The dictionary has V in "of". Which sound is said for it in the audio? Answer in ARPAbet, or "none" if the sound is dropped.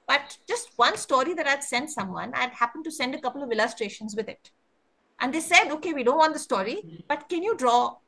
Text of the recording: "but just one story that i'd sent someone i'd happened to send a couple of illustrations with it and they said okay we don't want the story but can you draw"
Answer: V